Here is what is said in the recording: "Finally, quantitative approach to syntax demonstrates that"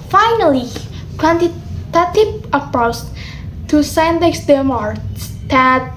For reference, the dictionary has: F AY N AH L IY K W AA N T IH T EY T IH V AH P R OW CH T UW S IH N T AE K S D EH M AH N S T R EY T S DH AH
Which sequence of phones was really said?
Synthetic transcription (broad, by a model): F AY N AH L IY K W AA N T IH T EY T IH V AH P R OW S T UW S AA N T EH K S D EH M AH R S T EY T